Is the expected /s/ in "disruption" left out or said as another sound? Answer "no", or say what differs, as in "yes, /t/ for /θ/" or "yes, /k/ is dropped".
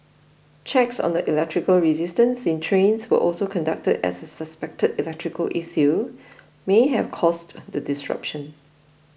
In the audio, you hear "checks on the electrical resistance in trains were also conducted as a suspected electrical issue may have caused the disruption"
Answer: no